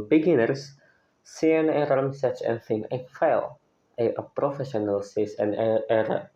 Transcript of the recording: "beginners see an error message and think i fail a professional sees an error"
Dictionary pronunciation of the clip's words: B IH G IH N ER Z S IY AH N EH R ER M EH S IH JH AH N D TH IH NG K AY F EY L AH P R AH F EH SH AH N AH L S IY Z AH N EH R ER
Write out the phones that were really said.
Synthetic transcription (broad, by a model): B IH G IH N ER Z S IY AH N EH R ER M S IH CH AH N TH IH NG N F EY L AH P R AH F EH SH AH N AH L S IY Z AH N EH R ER